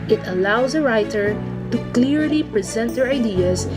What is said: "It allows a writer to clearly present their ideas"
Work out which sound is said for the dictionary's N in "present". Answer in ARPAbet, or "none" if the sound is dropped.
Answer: N